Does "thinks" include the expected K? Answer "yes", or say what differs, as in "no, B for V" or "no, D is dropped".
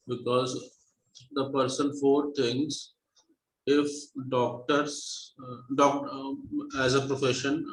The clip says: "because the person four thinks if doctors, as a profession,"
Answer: no, K is dropped